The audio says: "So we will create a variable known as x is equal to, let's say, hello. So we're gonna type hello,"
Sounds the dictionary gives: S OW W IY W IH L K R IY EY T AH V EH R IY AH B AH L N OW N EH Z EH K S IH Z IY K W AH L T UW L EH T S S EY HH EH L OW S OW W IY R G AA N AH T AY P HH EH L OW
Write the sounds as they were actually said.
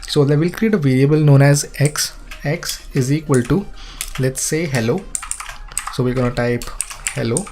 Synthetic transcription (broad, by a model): S OW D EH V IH L K R IY EY T AH V EH R IY AH B AH L N OW N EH Z EH K S IH Z IY K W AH L T UW L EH T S S EY HH EH L OW S OW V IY L G AA N AH T AY P HH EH L OW